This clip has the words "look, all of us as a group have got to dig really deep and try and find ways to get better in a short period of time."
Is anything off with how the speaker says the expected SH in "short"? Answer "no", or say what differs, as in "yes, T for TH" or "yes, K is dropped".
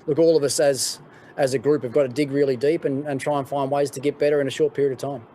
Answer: no